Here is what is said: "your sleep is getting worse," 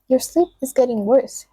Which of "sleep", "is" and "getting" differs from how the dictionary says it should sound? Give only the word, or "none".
none